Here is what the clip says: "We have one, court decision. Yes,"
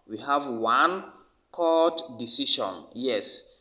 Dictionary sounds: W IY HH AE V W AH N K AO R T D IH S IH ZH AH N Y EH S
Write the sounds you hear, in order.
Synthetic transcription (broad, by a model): W IY HH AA V W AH N K AO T D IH S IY SH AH N Y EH S